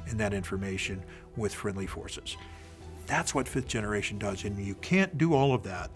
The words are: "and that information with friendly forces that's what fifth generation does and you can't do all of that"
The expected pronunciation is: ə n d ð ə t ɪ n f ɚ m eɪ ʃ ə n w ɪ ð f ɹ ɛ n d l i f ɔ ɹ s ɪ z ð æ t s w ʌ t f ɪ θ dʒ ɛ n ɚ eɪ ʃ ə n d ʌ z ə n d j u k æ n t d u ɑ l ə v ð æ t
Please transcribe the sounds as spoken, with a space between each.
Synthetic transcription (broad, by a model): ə n ð ə t ɪ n f ɚ m eɪ ʃ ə n w ɪ ð f ɹ ɛ n d l i f ɔ ɹ s ɪ z ð æ t s w ʌ t f ɪ θ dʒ ɛ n ɚ eɪ ʃ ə n d ʌ z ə n j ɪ k æ n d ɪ ɑ l ə v ð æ t